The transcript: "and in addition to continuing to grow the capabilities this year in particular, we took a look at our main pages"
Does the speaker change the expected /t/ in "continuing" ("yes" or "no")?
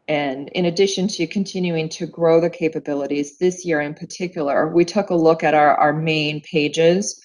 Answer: no